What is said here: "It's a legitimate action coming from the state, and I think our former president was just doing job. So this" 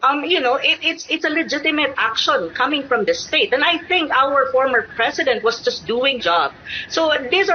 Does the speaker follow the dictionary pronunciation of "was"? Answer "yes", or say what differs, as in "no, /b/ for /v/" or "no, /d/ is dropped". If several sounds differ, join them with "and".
no, /s/ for /z/